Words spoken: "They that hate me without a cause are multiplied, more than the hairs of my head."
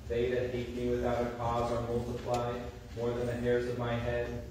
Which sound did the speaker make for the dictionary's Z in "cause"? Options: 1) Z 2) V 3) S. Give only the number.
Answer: 1